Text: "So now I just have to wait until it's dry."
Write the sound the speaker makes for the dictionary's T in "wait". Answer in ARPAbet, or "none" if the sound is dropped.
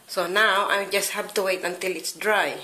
T